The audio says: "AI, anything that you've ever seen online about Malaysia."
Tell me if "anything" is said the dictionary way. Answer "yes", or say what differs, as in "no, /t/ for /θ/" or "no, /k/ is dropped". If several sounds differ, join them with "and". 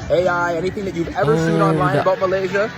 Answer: yes